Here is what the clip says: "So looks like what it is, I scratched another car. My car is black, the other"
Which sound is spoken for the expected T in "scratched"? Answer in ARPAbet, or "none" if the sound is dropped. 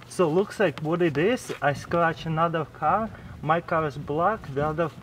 none